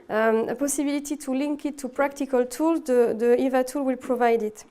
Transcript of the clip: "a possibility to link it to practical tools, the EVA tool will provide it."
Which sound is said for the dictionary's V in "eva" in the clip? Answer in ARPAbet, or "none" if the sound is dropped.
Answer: V